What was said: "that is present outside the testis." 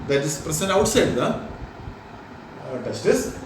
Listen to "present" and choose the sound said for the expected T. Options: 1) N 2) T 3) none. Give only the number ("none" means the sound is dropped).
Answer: 3